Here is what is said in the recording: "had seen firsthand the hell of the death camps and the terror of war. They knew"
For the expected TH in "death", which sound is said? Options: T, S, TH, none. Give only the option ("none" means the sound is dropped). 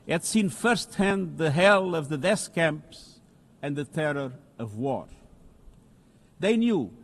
S